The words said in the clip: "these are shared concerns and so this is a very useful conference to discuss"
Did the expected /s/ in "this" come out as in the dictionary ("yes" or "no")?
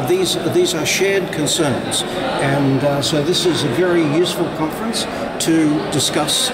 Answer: yes